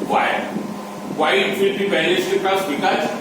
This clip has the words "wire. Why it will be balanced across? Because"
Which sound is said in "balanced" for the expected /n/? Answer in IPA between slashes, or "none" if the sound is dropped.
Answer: none